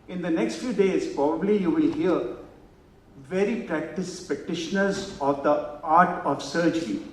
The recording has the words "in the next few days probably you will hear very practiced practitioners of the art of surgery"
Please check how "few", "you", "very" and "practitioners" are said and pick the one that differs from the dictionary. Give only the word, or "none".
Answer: practitioners